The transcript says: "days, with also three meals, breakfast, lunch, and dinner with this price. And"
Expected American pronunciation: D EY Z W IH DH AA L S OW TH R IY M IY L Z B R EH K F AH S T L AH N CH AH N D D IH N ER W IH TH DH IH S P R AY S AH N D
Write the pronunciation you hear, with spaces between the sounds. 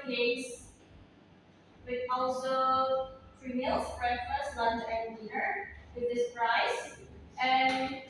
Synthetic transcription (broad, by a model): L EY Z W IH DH AA L S OW F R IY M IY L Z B R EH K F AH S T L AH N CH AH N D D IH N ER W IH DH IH S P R AY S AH N